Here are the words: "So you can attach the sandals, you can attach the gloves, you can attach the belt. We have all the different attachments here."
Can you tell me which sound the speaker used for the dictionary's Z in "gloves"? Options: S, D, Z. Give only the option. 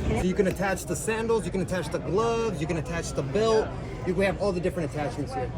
Z